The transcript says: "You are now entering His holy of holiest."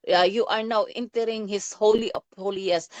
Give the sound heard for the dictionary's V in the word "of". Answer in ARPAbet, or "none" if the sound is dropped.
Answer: P